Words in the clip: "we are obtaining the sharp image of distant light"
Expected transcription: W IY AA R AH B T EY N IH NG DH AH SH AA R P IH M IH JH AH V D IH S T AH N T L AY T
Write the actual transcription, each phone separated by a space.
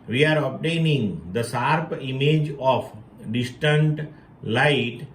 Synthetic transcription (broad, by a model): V IY AA R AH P T EY N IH NG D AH S AA R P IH M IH JH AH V D IH S T AH N T L AY T